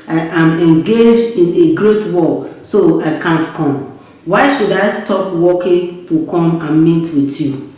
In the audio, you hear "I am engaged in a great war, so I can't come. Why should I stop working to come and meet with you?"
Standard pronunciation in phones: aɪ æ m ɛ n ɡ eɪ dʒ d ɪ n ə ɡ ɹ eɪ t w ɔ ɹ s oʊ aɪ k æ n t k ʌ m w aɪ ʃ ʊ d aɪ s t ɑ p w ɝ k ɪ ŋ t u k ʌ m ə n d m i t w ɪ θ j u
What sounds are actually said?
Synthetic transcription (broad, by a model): aɪ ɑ m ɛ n ɡ eɪ dʒ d ɪ n ə ɡ ɹ eɪ t w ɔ l s oʊ aɪ k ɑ n t k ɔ m w aɪ ʃ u d aɪ s t ɑ p w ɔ k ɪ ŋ t u k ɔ m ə n m i t w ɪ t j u